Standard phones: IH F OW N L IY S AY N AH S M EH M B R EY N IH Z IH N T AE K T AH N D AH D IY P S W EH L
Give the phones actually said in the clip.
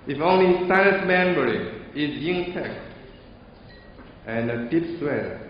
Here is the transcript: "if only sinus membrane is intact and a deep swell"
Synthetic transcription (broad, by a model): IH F OW N L IY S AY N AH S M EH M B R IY IH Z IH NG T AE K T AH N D AH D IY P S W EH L